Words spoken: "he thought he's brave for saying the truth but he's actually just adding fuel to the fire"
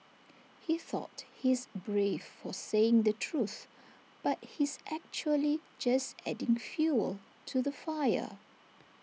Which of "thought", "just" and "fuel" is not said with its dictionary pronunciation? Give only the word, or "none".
none